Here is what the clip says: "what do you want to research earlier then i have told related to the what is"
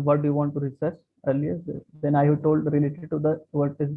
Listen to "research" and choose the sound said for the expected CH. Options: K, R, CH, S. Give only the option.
S